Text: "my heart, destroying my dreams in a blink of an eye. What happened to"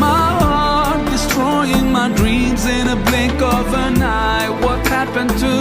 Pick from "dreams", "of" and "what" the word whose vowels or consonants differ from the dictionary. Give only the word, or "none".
none